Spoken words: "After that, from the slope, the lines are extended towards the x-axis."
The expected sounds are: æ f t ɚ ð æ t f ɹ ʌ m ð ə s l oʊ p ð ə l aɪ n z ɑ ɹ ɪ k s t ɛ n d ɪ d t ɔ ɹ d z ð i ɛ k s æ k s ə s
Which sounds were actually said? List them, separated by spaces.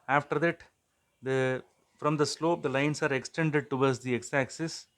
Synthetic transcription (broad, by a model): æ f t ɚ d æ t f ɹ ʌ m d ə s l oʊ p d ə l aɪ n s ɑ ɹ ɪ k s t ɛ n d ɪ d t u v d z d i ɛ k s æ k s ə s